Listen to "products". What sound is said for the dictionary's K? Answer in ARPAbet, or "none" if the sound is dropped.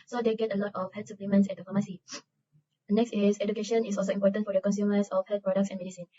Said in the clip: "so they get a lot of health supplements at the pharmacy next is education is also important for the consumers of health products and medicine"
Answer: K